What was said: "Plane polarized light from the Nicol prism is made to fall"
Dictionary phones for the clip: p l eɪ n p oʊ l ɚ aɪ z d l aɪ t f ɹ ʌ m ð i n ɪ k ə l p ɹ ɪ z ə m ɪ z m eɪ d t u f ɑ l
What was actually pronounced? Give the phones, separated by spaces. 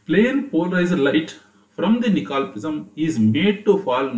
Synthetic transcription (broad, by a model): p l eɪ n p oʊ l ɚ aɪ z d l aɪ t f ɹ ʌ m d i n ɪ k ə l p ɪ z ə m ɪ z m eɪ d t u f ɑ l